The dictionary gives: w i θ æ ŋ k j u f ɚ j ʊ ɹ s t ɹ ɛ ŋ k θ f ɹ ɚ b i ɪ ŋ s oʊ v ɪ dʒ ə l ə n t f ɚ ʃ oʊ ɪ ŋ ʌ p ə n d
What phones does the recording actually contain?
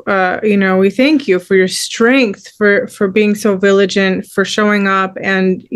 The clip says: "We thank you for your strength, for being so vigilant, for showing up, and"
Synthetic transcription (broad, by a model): w i θ æ ŋ k j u f ɚ j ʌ ɹ s t ɹ ɛ ŋ k θ f ɹ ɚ b i ɪ ŋ s oʊ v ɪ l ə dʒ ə n t f ɚ ʃ oʊ ɪ ŋ ʌ p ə n